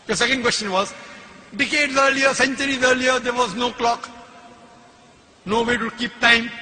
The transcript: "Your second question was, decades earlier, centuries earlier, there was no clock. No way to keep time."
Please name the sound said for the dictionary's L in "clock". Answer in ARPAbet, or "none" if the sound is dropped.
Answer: L